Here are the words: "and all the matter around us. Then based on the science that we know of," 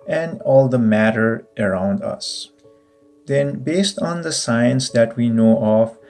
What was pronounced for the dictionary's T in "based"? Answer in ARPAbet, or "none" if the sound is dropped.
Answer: T